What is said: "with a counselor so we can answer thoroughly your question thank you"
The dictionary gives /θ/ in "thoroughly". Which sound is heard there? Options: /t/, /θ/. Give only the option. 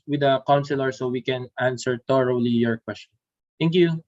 /t/